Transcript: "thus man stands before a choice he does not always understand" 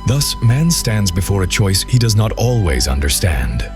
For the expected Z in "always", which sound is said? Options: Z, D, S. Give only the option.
Z